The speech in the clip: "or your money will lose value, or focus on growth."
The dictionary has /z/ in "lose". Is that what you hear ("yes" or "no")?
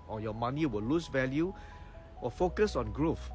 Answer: no